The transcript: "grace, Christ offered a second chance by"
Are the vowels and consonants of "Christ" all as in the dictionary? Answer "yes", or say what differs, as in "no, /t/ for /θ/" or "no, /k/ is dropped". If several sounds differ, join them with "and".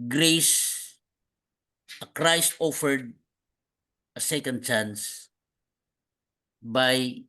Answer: yes